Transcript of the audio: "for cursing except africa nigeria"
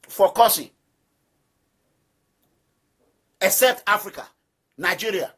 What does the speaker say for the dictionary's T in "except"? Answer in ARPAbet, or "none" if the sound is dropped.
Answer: T